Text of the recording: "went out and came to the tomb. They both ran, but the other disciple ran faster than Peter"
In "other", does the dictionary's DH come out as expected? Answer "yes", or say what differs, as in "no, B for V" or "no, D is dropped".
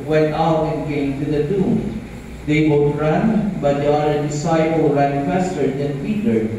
no, DH is dropped